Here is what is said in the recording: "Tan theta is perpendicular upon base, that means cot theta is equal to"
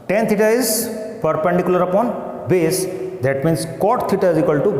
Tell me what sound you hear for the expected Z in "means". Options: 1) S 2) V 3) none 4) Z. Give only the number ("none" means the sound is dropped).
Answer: 1